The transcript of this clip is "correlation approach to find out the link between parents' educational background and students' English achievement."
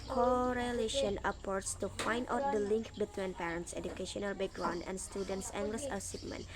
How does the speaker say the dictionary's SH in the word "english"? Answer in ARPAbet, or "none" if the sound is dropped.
S